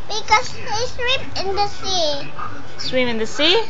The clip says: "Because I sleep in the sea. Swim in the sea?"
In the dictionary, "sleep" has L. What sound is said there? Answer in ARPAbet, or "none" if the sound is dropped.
W